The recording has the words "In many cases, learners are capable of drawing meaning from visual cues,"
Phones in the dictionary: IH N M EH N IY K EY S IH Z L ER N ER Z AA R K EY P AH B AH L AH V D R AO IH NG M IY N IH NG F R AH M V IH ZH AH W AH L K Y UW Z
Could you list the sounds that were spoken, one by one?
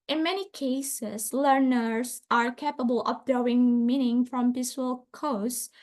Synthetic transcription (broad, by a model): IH N M EH N IY K EY S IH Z L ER N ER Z AA R K EY P AH B AH L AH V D AO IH NG M IY N IH NG F R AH M P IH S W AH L K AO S